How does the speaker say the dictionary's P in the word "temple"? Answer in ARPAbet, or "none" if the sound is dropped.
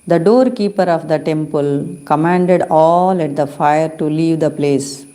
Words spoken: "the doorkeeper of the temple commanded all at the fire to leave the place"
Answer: P